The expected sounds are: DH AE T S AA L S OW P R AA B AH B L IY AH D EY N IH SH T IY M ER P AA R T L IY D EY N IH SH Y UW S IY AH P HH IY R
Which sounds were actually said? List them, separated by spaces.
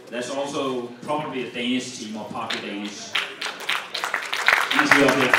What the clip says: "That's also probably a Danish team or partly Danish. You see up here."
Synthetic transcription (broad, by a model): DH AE T S AA L S OW P R AA B AH B L IY AH D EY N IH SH T IY M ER P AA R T IY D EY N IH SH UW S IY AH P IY